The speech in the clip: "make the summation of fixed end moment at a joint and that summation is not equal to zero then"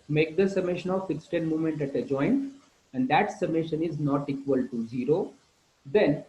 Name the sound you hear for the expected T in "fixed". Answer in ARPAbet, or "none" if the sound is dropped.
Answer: T